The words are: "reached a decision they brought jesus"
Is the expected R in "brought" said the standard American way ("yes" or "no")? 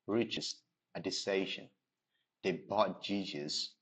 no